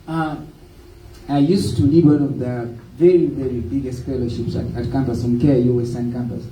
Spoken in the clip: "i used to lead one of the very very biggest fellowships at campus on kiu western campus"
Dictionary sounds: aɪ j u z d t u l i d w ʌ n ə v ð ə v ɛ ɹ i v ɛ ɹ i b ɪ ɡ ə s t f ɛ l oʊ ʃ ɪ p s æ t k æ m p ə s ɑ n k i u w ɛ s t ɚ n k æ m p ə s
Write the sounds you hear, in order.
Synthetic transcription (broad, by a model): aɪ j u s t u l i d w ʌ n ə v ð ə v ɛ ɹ i v ɛ ɹ i b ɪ ɡ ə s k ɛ l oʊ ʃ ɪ p s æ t k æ m p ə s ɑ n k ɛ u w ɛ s s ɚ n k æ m p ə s